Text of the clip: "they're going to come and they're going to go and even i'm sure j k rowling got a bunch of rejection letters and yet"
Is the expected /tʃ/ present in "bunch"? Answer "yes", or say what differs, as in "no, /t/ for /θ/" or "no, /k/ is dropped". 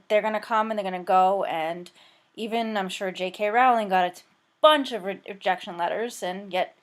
yes